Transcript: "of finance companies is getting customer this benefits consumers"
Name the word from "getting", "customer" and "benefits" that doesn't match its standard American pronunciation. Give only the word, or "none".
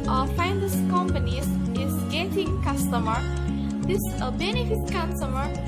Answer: benefits